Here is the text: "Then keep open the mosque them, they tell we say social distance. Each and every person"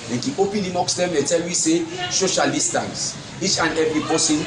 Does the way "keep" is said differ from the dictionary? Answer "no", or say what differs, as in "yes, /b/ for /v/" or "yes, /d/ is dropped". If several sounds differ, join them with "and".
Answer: yes, /p/ is dropped